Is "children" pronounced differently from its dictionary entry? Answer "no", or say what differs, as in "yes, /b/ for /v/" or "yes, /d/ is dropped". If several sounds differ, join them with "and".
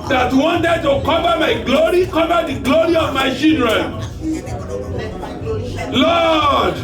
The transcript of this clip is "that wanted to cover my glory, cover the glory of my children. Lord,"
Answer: yes, /l/ is dropped